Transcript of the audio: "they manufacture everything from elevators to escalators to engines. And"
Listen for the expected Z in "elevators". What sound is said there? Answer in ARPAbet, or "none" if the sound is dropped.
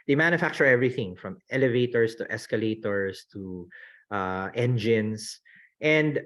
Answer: S